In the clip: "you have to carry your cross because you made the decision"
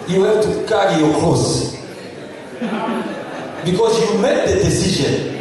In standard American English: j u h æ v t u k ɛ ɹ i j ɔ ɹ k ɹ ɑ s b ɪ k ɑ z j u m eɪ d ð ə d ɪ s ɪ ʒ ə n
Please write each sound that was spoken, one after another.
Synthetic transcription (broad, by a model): j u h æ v t u k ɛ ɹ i j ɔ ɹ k ɑ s b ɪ k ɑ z j u m eɪ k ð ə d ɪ s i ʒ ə n